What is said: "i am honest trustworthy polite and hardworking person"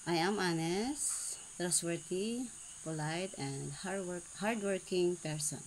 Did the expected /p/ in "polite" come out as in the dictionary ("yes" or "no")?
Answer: yes